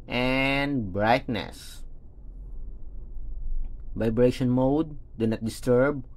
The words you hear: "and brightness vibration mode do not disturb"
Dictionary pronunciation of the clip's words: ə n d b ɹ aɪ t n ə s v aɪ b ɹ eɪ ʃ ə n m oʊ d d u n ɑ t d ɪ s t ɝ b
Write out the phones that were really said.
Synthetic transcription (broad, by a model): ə n d b ɹ aɪ t n ə s v aɪ b ɹ eɪ ʃ ə n m oʊ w d u n ɑ t d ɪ s t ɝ b